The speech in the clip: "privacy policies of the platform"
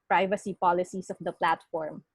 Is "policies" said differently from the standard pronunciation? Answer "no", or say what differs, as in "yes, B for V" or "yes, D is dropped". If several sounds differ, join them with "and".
yes, S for Z